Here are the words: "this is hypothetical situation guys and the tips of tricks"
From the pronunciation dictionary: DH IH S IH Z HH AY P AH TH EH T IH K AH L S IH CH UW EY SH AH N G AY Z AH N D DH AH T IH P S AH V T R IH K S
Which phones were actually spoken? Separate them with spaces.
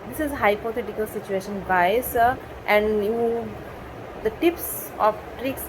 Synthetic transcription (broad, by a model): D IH S IH Z HH AY P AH T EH T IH K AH L S IH CH UW EY SH AH N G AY S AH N D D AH T IH P S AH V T R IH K S